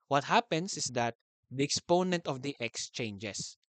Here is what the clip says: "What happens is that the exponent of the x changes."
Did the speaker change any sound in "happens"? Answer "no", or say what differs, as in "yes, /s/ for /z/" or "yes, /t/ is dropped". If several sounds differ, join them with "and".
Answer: yes, /s/ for /z/